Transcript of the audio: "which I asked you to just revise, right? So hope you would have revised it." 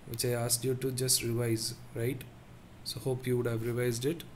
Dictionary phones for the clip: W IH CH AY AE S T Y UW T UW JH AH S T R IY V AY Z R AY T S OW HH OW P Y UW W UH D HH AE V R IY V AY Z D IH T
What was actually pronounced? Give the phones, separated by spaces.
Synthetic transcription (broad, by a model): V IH CH AY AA S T Y UW T UW JH AH S T R IY V AY Z R AY T S OW HH OW P Y UW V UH D HH AE V R IY V AY Z D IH T